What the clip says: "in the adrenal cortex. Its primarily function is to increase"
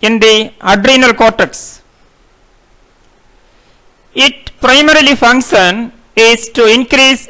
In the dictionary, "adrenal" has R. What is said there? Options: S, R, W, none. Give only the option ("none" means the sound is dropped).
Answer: R